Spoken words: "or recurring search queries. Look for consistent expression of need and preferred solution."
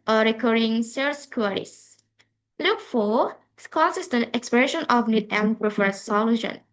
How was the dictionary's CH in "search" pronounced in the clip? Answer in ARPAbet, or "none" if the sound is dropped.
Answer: S